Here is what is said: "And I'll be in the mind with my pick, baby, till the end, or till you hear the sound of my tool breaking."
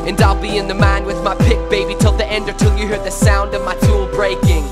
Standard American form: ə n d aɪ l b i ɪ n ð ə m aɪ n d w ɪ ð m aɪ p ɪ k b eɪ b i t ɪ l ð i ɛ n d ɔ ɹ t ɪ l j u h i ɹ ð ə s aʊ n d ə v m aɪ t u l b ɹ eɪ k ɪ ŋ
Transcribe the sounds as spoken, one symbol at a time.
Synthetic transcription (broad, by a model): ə n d aɪ l b i ɪ n ð ə m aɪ n w ɪ ð m aɪ p ɪ k b eɪ b i t ɪ l ð i ɛ n d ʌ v t ɪ l j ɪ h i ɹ ð ə s aʊ n d ə v m aɪ t u l b ɹ eɪ k ɪ ŋ